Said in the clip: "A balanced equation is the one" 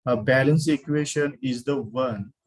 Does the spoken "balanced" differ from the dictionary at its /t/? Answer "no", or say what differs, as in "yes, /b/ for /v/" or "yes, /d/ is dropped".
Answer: yes, /t/ is dropped